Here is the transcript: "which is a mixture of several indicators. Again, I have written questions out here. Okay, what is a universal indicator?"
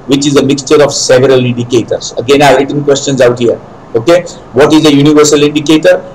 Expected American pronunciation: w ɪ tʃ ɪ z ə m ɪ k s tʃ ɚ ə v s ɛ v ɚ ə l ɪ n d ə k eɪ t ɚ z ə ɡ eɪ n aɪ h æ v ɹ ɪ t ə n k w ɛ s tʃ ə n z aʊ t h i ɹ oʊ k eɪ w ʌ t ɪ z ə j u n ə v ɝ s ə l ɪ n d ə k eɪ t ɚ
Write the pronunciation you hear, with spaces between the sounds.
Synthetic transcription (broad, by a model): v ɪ tʃ ɪ z ə m ɪ k s tʃ ɚ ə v s ɛ v ɚ ə l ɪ n d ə k eɪ t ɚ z ə ɡ eɪ n aɪ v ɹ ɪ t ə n k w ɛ s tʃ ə n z aʊ t h i ɹ oʊ k eɪ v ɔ t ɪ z ə j u n ə v ɝ s ə l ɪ n d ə k eɪ t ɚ